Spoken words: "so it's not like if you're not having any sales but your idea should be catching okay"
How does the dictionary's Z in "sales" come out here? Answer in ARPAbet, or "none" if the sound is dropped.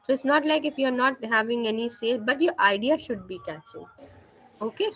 none